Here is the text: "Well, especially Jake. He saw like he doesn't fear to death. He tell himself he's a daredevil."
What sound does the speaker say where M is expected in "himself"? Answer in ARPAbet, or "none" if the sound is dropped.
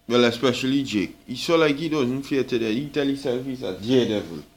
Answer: none